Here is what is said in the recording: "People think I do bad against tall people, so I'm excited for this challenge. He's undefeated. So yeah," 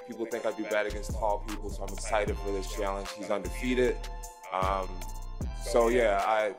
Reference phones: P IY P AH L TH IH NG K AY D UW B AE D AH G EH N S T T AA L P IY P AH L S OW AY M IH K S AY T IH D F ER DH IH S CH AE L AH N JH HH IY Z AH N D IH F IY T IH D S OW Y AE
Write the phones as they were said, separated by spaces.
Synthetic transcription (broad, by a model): P IY P L TH IH NG K AY D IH B AE D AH G EH N S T T AA L P IY P L S OW AY M IH K S AY T IH D F ER DH IH S CH AE L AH N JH HH IY Z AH N D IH F IY T IH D S OW Y AE